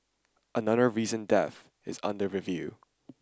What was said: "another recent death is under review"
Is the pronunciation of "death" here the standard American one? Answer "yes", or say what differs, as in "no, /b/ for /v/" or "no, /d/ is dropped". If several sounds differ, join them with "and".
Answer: yes